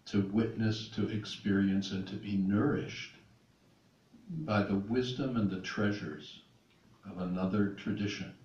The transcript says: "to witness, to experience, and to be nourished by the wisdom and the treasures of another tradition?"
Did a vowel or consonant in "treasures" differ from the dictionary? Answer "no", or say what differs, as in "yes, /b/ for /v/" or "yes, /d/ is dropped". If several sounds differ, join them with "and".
no